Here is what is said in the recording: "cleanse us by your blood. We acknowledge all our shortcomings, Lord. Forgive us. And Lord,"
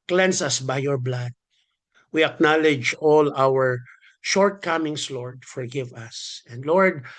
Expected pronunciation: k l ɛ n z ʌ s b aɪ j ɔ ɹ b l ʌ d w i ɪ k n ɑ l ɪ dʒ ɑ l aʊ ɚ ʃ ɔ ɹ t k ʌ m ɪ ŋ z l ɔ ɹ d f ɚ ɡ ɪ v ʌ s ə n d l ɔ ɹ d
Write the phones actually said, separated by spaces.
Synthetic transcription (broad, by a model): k l ɛ n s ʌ s b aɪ j ɔ ɹ b l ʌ d w i ɪ k n ɑ l ɪ dʒ ɑ l aʊ ɚ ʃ ɔ ɹ t k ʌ m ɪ ŋ s l ɔ ɹ d f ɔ ɡ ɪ v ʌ s ə n d l ɔ ɹ d